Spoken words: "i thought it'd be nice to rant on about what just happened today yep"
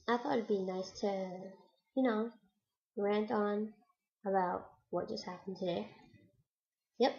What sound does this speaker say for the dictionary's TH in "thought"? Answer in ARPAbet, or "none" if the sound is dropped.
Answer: TH